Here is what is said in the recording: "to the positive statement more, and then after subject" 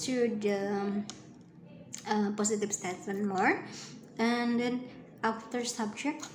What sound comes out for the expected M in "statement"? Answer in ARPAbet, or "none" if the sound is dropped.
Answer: none